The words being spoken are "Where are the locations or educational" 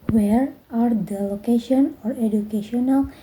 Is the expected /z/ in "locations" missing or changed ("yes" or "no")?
yes